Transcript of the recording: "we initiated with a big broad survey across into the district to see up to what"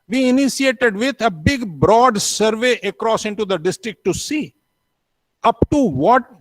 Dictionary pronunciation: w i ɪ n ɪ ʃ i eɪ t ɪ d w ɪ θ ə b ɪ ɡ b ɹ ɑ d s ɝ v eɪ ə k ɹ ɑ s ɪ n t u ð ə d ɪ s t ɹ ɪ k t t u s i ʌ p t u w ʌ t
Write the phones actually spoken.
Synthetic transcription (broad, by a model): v i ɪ n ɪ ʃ i eɪ t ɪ d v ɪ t ə b ɪ ɡ b ɹ ɑ d s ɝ v eɪ ə k ɹ ɑ s ɪ n t u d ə d ɪ s t ɹ ɪ k t t u s i ʌ p t u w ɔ t